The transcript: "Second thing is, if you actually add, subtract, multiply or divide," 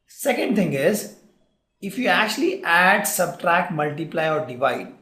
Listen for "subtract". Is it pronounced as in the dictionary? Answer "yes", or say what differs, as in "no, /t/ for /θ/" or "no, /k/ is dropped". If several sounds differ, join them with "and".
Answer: yes